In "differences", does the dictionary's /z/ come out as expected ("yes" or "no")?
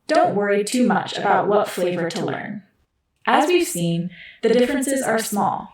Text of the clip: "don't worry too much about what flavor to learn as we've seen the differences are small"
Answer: yes